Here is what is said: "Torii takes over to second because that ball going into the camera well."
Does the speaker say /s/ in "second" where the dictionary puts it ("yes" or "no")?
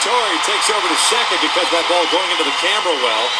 no